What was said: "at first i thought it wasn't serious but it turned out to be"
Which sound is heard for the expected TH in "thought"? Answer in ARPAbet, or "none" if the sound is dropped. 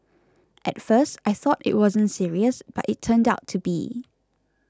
TH